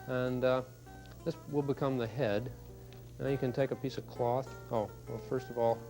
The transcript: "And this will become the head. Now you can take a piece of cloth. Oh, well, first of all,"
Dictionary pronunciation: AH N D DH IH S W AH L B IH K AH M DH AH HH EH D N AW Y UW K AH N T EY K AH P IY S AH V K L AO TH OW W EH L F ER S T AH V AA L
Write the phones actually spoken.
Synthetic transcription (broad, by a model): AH N DH IH S W AH L B IH K AH M DH AH HH EH D N AW Y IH K AH N T EY K AH P IY S AH V K L AO TH OW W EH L F ER S T AH V AA L